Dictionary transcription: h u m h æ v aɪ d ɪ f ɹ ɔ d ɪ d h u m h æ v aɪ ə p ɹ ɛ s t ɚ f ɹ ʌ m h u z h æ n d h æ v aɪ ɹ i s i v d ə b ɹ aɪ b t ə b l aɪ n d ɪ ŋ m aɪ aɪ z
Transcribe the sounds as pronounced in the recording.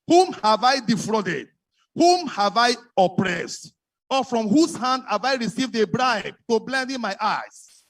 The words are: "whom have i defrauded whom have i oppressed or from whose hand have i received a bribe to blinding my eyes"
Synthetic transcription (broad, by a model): h u m h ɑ v aɪ d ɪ f ɹ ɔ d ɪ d h u m h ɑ v aɪ ə p ɹ ɛ s t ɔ f ɹ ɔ m h u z h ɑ n d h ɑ v aɪ ɹ i s i v d ə b ɹ aɪ b t ə b l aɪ n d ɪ m aɪ aɪ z